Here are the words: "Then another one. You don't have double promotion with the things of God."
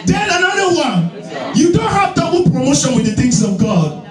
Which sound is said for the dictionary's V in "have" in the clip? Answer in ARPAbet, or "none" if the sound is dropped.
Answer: V